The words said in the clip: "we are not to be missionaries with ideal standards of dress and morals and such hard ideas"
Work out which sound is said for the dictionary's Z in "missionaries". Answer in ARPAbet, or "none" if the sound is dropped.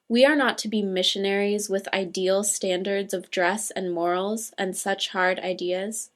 Z